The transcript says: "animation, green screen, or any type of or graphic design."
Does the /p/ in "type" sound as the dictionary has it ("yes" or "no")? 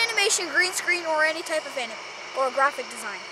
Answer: yes